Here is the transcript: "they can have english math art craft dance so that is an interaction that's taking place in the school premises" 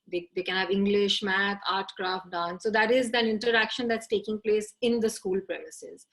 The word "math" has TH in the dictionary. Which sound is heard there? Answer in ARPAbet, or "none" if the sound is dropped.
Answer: T